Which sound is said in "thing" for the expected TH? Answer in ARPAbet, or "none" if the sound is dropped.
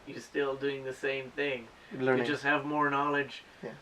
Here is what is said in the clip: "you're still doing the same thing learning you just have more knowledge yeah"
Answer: TH